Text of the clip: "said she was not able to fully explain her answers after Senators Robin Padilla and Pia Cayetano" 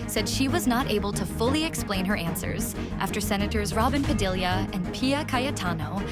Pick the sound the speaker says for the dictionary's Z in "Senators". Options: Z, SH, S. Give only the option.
Z